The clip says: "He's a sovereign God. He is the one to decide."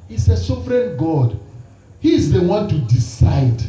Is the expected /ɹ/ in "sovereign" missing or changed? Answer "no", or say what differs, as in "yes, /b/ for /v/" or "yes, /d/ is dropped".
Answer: no